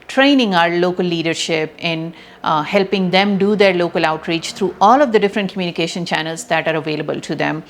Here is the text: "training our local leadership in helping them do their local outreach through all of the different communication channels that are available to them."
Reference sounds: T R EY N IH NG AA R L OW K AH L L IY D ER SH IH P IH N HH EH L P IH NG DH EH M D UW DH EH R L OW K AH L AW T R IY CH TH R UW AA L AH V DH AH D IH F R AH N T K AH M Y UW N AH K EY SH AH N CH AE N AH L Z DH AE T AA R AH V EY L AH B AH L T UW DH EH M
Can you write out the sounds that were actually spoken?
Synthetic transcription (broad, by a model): T R EY N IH NG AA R L OW K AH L L IY D ER SH IH P IH N HH EH L P IH NG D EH M D UW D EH R L OW K AH L AW T R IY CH T R UW AA L AH V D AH D IH F R AH N T K AH M Y UW N AH K EY SH AH N CH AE N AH L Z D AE T AA R AH V EY L AH B AH L T UW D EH M